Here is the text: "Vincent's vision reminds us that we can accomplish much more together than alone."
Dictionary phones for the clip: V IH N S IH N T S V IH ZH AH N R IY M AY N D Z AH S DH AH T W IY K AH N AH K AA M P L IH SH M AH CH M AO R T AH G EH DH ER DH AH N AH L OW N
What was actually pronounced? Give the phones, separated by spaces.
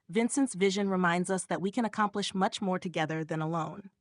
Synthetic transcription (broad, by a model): V IH N S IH N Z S V IH ZH AH N R IY M AY N D Z AH S DH AH T W IY K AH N AH K AA M P L IH SH M AH CH M AO R T AH G EH DH ER DH AH N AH L OW N